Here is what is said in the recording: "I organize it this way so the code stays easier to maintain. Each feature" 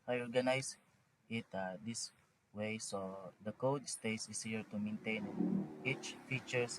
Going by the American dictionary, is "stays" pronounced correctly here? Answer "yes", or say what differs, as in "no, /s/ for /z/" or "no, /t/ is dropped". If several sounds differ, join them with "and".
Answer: no, /s/ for /z/